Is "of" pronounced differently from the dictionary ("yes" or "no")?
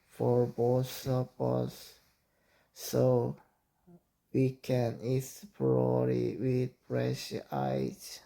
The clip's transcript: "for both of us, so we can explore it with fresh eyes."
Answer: yes